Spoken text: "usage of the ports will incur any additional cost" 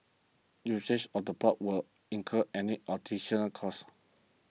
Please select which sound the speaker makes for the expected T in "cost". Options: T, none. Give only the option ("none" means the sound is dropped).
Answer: none